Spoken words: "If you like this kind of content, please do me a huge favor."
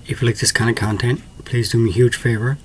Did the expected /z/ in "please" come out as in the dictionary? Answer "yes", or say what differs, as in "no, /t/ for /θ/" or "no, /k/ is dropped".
yes